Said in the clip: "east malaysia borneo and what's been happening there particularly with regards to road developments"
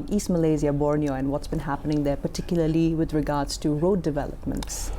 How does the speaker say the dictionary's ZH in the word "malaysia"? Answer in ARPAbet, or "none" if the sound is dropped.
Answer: Z